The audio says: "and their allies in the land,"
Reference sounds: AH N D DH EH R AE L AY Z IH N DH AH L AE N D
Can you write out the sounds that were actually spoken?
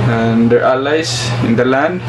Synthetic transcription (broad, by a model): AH N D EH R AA L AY S IH N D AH L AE N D